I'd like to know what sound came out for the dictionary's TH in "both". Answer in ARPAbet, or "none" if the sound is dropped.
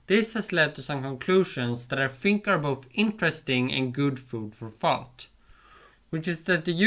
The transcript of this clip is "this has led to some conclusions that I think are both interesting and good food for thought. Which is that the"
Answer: TH